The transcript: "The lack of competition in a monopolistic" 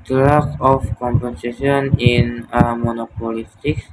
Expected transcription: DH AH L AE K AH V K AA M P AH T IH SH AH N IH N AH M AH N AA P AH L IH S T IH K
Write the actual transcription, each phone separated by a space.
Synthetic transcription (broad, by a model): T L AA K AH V K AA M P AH S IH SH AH N IH N AH M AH N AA P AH L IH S T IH K